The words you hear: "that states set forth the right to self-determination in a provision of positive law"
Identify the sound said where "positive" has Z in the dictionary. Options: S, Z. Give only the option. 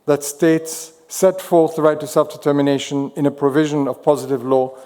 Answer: Z